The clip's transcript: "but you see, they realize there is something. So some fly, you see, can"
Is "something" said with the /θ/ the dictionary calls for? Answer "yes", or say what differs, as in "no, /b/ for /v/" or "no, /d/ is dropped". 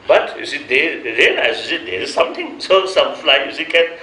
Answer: no, /t/ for /θ/